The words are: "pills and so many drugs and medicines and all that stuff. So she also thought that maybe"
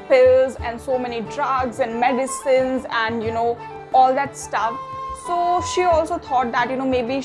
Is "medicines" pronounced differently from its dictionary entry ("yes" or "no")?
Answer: no